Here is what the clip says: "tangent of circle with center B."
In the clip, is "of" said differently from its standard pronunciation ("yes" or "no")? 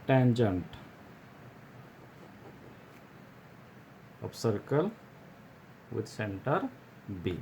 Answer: yes